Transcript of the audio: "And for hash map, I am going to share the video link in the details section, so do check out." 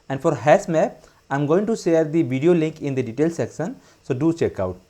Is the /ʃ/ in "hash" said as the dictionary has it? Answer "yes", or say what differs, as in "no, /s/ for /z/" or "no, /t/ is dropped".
no, /s/ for /ʃ/